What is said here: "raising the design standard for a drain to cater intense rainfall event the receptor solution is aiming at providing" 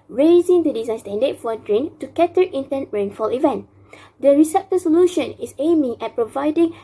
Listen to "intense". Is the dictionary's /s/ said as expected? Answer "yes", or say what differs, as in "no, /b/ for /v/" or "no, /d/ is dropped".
no, /s/ is dropped